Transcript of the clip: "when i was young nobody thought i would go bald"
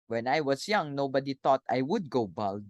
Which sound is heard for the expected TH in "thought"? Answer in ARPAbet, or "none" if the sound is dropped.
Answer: T